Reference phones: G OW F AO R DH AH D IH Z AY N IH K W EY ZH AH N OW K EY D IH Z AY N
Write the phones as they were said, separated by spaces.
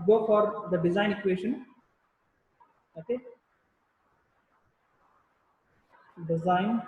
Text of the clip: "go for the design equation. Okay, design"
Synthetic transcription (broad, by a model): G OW F AO R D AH D IH Z AY N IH K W EY SH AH N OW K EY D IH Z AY N